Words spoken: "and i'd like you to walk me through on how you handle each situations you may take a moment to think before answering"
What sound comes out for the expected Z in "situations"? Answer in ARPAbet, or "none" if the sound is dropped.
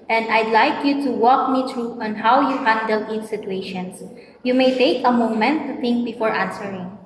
S